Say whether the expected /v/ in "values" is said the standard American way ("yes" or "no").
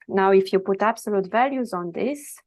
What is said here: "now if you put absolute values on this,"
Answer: yes